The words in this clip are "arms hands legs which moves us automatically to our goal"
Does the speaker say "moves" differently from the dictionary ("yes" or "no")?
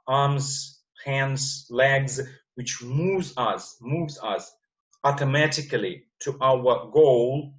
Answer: no